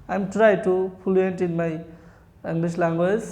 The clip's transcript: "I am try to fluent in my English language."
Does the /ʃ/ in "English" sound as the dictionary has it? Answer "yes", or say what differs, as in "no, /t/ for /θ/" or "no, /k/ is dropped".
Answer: no, /s/ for /ʃ/